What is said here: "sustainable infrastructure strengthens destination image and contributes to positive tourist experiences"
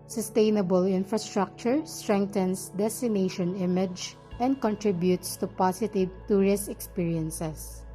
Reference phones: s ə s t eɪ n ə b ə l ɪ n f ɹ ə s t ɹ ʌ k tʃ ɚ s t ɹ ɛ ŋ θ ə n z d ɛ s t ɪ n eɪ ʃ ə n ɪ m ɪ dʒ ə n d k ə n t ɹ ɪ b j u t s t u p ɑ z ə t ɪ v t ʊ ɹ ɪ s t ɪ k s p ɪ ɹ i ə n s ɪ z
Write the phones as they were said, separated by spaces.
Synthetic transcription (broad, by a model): s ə s t eɪ n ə b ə l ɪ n f ɹ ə s t ɹ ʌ k tʃ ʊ s t ɹ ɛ ŋ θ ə n s d ɛ s t ɪ n eɪ ʃ ə n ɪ m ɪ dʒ ə n d k ə n t ɹ ɪ b j u t s t u p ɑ s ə t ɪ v t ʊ ɹ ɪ s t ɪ k s p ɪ ɹ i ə n s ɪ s